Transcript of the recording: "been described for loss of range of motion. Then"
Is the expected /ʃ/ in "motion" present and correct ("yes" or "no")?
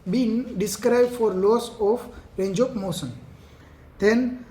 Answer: no